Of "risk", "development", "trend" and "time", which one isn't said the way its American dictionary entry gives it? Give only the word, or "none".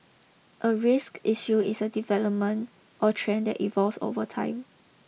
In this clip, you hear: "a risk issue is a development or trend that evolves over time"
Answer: none